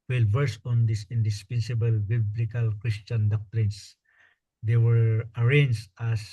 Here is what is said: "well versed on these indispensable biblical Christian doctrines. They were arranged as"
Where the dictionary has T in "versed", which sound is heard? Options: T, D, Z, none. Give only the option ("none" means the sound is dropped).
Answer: none